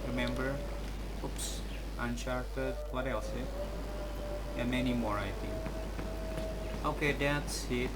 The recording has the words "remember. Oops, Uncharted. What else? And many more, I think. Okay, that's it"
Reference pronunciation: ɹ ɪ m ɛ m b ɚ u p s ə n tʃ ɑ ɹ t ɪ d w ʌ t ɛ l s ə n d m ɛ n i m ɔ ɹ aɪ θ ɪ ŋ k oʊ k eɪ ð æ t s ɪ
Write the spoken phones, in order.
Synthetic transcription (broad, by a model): ɹ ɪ m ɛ m b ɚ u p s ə n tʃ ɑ ɹ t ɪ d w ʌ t ɛ l s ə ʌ m ɛ n i m ɔ ɹ aɪ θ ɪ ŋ oʊ k eɪ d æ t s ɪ